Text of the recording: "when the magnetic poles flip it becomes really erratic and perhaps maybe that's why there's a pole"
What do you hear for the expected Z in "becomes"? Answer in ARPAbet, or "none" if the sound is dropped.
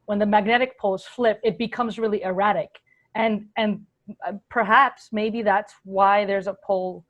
Z